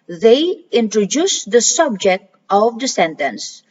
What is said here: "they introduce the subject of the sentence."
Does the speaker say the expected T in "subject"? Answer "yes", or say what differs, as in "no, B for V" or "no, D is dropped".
yes